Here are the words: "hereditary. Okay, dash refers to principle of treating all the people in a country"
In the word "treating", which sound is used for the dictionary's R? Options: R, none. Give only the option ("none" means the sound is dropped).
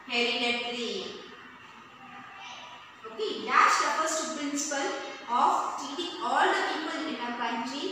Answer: none